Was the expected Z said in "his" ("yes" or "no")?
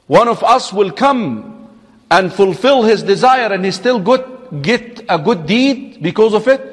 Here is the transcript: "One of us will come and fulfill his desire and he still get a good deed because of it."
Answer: yes